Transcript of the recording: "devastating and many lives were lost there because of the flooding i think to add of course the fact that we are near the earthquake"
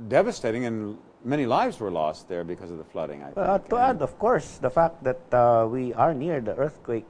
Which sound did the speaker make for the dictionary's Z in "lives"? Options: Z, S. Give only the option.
Z